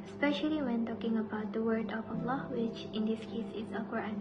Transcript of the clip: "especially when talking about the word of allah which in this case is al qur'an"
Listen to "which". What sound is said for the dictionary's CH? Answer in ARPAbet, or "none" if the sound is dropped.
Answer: CH